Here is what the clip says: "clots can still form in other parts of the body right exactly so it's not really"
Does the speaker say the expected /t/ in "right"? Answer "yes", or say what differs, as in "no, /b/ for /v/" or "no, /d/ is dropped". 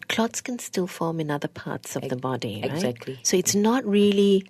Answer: no, /t/ is dropped